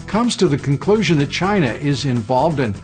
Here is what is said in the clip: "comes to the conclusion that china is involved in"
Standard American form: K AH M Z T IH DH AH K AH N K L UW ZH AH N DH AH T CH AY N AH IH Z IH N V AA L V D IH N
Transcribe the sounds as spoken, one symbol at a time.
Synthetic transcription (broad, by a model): K AH M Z T IH DH AH K AH N K L UW ZH AH N DH AH T CH AY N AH IH Z IH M V AA L V D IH N